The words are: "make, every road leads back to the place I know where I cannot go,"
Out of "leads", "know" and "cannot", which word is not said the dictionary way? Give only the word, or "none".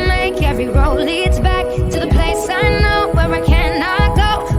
none